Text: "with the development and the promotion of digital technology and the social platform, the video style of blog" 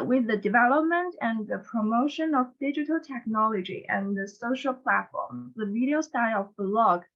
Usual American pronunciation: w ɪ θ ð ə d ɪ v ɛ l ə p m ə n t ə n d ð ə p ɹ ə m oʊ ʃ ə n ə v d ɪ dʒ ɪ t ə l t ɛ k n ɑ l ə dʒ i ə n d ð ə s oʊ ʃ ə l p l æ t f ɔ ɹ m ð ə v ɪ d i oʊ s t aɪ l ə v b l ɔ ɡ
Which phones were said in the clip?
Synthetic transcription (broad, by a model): w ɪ ð ə d ɪ v ɛ l ə p m ə n t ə n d ð ə p ɹ ə m oʊ ʃ ə n ə v d ɪ dʒ ɪ t ə l t ɛ k n ɑ l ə dʒ i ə n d ð ə s oʊ ʃ ə l p l æ t f ɔ ɹ m ð ə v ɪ d i oʊ s t aɪ l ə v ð l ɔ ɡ